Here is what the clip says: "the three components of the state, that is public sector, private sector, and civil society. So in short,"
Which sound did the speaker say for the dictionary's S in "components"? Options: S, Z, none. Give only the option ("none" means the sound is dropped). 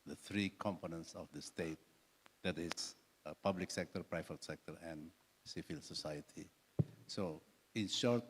S